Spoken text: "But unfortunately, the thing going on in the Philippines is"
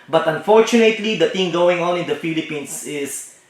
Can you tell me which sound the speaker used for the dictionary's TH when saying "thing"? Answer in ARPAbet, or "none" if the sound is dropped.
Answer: T